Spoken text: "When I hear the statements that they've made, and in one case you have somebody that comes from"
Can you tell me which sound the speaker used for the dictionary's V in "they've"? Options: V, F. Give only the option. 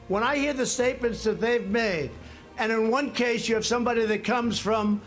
V